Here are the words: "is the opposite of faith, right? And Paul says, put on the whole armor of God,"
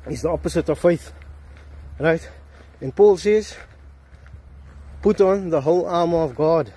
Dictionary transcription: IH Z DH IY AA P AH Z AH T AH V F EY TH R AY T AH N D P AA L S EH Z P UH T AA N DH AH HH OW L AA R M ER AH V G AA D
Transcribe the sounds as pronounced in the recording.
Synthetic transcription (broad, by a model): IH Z DH IY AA P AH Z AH T AH V F EY TH R AY T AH N P AA L S EH Z P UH T AA N DH AH HH OW L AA M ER AH V G AA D